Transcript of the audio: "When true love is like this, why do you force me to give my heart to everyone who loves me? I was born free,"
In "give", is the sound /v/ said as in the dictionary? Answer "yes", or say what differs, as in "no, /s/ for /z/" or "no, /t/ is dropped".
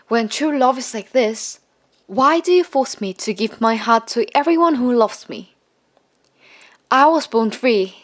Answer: yes